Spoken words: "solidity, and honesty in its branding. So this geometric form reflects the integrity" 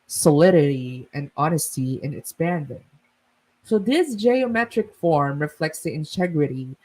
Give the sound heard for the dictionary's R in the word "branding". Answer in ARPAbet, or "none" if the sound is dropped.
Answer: none